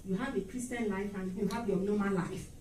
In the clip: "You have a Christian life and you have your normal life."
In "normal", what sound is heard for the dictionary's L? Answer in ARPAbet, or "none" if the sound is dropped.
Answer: N